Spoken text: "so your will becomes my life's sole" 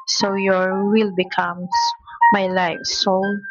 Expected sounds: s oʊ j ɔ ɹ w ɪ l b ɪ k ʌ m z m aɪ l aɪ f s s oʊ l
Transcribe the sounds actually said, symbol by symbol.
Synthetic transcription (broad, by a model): s oʊ j ɔ ɹ w ɪ l b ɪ k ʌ m m aɪ l aɪ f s s oʊ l